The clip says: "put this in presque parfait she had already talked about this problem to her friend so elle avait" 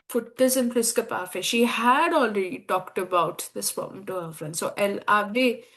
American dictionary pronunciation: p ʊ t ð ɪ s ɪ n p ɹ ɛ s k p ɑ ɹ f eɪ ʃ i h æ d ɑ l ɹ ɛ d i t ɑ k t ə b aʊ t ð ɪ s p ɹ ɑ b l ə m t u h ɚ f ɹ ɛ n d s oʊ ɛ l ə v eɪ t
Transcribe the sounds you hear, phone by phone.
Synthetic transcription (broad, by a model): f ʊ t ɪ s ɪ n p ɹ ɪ s k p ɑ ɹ f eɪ ʃ i h æ d ɑ l ɹ ɛ d i t ɑ k t ə b aʊ t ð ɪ s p ɑ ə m t u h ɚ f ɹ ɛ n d s oʊ ɛ l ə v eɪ